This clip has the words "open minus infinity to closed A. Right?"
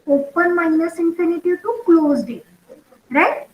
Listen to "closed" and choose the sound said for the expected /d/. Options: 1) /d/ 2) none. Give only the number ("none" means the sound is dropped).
1